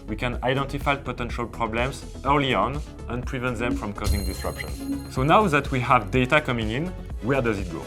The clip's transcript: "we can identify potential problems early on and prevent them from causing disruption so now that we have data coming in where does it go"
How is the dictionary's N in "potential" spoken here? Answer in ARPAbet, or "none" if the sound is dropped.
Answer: N